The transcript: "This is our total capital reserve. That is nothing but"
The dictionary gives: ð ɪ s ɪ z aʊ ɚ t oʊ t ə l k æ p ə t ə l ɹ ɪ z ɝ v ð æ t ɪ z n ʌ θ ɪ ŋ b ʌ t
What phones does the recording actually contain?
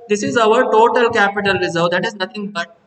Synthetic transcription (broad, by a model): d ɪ s ɪ z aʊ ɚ t oʊ t ə l k æ p ə t ə l ɹ ɪ z ɝ v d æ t ɪ z n ʌ t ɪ ŋ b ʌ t